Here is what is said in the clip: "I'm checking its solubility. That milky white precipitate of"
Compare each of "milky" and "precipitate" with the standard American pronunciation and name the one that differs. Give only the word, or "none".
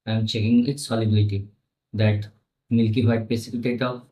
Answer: precipitate